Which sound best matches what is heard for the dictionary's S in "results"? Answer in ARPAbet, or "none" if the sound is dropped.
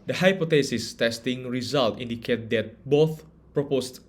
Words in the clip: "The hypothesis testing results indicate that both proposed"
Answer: none